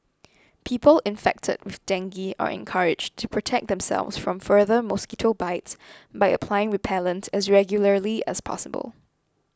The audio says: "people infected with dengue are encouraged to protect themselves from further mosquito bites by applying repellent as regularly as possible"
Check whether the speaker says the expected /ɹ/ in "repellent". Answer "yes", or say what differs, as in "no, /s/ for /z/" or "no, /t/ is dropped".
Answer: no, /w/ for /ɹ/